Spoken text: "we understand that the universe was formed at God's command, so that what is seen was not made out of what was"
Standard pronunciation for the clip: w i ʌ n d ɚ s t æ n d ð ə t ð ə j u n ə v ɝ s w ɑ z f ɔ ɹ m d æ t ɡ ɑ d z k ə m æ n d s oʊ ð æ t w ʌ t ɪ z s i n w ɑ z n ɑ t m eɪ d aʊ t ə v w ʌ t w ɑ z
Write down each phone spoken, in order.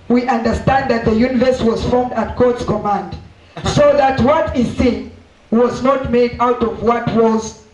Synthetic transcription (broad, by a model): w i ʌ n d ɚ s t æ n d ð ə t ð ə j u n ə v ɝ s w ɑ z f ɔ ɹ m d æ t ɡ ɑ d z k ə m æ n d s oʊ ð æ t w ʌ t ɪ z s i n w ɑ z n ɑ t m eɪ d aʊ t ə v w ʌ t w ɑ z